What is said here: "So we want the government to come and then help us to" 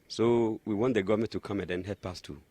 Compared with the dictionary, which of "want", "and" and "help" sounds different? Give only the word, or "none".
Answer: help